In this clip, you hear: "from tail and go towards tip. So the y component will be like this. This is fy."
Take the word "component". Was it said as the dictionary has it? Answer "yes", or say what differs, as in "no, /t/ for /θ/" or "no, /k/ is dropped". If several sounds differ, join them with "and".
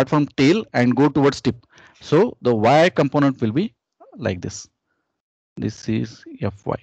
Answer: yes